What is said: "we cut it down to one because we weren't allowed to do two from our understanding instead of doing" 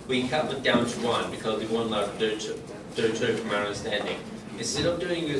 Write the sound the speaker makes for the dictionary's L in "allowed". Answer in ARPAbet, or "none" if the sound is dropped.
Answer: none